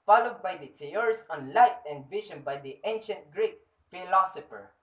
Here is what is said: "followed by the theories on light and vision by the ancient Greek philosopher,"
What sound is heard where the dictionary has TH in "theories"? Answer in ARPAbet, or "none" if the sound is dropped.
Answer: T